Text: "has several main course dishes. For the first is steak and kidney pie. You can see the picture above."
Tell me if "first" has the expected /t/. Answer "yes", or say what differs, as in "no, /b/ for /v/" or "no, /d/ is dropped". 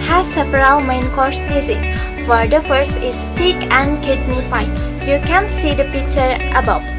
no, /t/ is dropped